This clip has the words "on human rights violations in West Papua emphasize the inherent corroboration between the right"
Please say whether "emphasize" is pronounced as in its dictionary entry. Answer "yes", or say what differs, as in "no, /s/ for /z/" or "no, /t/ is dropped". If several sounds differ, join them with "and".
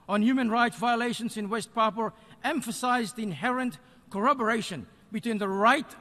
yes